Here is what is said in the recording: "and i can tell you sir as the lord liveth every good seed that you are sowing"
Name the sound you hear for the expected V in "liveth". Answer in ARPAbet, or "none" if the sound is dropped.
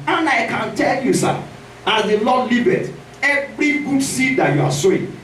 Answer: B